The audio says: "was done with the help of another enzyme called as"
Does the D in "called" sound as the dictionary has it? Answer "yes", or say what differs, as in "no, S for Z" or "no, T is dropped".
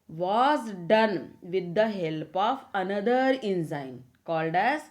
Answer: yes